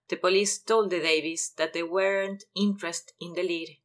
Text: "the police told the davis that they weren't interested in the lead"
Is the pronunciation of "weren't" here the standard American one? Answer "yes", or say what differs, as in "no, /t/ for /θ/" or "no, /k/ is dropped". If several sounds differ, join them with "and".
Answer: yes